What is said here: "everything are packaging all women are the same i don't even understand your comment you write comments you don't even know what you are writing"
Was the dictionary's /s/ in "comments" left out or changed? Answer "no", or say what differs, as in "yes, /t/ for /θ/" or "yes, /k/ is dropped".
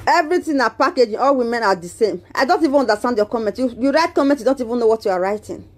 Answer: yes, /s/ is dropped